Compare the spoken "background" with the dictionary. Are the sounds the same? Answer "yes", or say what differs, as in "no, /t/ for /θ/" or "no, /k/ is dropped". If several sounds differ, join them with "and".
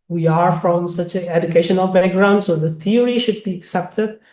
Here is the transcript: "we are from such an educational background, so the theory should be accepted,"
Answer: no, /k/ is dropped